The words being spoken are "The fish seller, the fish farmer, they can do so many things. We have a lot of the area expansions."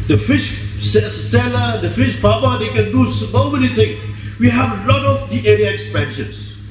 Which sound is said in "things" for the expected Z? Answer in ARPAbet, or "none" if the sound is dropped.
none